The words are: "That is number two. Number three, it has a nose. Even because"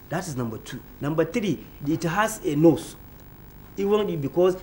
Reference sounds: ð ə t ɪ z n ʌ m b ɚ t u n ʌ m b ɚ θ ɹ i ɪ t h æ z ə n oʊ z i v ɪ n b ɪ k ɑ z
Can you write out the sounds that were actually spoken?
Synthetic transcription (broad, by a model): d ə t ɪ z n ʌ m b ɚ t u n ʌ m b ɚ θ ɹ i ɪ t h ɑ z ə n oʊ s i w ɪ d b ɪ k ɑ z